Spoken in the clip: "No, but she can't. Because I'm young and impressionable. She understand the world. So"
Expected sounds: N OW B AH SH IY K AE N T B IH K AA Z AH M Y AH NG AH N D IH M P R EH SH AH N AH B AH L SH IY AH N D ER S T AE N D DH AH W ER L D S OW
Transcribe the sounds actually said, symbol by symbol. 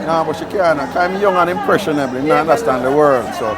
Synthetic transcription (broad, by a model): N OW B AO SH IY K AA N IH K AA AH M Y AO NG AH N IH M P R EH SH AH N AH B L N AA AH N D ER S T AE N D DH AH W ER L D S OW